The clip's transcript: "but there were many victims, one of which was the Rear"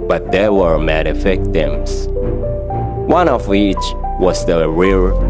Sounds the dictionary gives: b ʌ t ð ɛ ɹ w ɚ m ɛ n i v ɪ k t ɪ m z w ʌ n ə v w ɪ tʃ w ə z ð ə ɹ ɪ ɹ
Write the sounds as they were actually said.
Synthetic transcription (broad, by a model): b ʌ t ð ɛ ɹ w ɚ m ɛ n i f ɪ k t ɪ m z w ʌ n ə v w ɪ tʃ w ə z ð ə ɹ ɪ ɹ